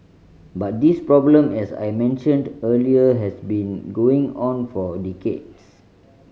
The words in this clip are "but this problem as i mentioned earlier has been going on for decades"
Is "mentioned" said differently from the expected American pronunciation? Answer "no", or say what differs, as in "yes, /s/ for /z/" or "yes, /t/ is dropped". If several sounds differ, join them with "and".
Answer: no